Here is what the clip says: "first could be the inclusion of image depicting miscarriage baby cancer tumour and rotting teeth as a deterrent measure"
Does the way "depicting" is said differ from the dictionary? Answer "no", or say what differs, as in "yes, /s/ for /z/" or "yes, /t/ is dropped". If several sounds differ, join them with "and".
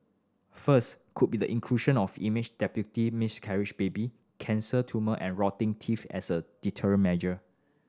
yes, /k/ is dropped